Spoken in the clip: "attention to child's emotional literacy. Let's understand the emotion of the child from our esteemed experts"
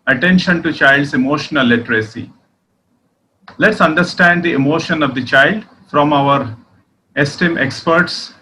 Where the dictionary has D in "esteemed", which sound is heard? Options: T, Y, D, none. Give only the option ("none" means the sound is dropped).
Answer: none